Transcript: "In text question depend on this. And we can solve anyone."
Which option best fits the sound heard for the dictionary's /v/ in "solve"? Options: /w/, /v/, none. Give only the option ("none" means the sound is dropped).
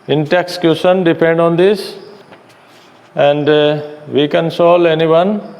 none